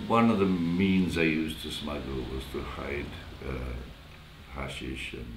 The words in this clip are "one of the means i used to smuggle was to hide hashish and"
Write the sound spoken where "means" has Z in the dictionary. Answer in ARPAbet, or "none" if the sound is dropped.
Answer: Z